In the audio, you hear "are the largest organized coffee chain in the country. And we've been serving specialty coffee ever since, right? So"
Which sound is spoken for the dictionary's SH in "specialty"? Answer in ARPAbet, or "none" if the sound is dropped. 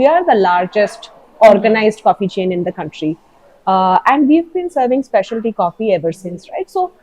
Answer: SH